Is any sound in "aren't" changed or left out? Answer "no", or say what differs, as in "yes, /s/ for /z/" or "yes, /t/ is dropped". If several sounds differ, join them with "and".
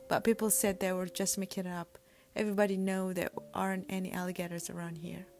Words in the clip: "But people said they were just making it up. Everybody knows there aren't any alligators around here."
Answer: no